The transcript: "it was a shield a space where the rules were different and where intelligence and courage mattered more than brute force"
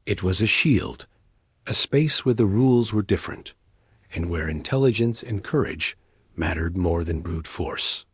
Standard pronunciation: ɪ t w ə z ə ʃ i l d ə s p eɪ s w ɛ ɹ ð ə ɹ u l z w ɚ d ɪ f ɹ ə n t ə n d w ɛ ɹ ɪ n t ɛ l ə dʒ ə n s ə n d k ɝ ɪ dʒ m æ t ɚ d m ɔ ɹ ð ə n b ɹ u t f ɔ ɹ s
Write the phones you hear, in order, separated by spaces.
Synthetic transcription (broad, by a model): ɪ t w ə z ə ʃ i l d ə s p eɪ s w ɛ ɹ ð ə ɹ u l z w ɚ d ɪ f ɹ ə n t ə n w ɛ ɹ ɪ n t ɛ l ə dʒ ə n s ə n k ɝ ɪ dʒ m æ t ɚ d m ɔ ɹ ð ə n b ɹ u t f ɔ ɹ s